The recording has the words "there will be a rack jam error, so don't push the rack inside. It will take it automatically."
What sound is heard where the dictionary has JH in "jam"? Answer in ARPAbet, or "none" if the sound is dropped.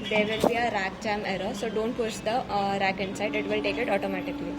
CH